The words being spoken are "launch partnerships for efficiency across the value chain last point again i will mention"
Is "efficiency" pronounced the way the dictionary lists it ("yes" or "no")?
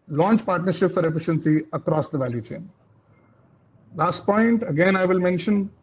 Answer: yes